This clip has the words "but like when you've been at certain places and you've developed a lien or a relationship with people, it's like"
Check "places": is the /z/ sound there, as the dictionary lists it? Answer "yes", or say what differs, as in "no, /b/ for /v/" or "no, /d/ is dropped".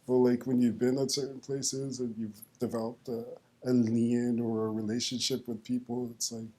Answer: yes